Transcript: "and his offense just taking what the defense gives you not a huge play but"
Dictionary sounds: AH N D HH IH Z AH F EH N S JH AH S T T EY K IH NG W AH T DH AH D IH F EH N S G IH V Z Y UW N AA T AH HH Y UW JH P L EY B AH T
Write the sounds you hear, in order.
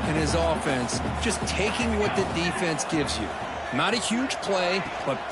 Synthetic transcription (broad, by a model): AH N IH Z AH F EH N S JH AH S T T EY K IH NG W AH T DH AH D IH F EH N S G IH V Z Y UW N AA T AH HH Y UW JH P L EY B AH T